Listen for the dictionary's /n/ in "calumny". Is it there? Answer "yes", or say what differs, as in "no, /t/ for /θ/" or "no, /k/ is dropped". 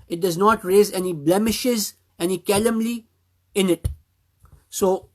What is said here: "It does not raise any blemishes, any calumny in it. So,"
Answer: no, /l/ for /n/